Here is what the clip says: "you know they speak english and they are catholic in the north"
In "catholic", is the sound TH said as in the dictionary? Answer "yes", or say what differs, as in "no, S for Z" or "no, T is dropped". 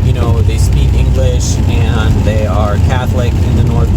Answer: yes